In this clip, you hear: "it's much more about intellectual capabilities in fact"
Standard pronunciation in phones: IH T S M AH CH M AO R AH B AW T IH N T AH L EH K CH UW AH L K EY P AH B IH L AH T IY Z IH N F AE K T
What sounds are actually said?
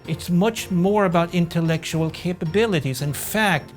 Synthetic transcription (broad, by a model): IH T S M AH CH M AO R AH B AW T IH N T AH L EH K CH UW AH L K EY P AH B IH L AH T IY Z IH N F AE K T